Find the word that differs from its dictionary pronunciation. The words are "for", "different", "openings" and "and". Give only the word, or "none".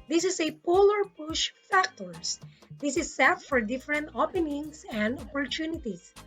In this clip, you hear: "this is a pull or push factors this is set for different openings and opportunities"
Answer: openings